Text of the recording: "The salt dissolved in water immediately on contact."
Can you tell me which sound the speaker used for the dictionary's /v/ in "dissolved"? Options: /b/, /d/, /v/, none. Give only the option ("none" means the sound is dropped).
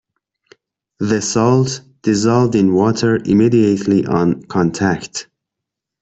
/v/